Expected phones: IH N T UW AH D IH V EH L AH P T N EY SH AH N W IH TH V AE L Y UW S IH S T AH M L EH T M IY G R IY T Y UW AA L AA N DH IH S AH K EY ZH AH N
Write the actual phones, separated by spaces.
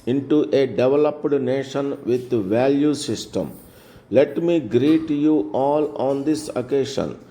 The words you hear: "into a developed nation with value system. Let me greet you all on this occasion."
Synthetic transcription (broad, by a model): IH N T UW AH D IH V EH L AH P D N EY SH AH N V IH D V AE L Y UW S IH S T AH M L EH T M IY G R IY T Y UW AA L AA N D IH S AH K EY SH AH N